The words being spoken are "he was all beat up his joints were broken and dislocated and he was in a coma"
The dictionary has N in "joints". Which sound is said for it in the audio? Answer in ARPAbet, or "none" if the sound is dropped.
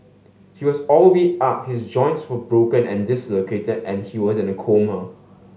N